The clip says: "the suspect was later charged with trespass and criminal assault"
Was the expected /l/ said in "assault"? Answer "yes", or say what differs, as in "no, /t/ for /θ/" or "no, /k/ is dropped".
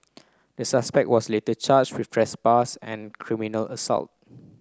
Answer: yes